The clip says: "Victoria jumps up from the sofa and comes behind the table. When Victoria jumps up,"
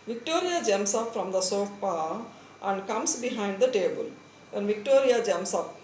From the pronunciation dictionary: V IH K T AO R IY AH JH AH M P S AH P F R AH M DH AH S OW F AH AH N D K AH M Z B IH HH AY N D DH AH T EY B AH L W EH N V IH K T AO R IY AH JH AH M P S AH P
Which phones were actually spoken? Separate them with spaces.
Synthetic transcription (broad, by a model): V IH K T AO R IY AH JH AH M S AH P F R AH M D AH S OW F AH AH N D K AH M S B IH HH AY N D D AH T EY B AH L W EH N V IH K T AO R IY AH JH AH M S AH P